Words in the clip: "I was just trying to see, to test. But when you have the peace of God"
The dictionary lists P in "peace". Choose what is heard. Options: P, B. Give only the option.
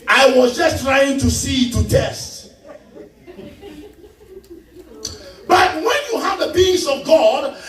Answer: B